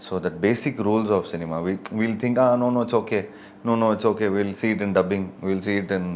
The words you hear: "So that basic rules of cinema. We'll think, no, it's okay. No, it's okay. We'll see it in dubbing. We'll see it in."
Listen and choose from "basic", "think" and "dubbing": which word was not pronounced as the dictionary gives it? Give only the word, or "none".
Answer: think